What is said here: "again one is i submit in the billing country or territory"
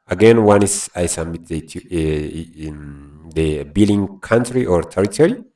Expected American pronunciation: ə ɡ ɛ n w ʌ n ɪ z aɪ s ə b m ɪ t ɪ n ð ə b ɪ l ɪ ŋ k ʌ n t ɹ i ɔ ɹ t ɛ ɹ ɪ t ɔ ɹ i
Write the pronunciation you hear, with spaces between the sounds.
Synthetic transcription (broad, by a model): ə ɡ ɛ n w ʌ n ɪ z aɪ s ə m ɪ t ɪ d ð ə b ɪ l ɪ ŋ k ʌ n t ɹ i ɔ ɹ t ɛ ɹ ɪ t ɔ ɹ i